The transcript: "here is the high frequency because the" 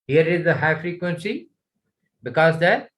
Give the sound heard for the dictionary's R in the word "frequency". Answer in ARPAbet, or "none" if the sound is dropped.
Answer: R